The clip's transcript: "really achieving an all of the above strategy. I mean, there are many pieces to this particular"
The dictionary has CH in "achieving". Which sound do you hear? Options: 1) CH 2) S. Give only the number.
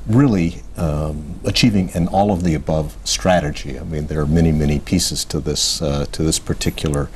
1